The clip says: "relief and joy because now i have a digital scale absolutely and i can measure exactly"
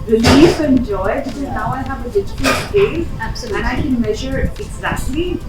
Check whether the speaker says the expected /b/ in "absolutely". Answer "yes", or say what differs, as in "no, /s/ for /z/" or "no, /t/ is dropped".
no, /b/ is dropped